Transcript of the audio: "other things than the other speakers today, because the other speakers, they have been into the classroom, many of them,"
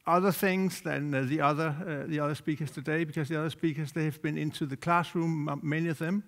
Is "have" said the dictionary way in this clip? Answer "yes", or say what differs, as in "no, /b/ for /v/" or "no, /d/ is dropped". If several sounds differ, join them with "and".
yes